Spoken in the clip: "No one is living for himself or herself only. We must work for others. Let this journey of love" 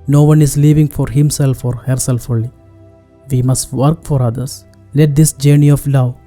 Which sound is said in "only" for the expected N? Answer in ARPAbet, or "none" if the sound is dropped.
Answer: none